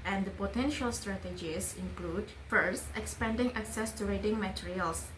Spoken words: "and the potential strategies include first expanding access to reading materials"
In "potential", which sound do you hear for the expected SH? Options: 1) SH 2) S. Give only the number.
1